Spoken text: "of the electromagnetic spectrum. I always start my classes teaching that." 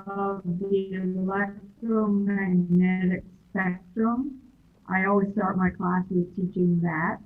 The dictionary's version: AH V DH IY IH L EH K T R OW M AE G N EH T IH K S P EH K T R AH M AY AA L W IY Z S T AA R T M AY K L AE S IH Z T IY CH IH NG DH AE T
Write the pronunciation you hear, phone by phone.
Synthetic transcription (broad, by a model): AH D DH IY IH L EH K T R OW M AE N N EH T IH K S P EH K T R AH M AY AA L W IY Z S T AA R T M AY K L AE S IH Z T IY CH IH NG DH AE T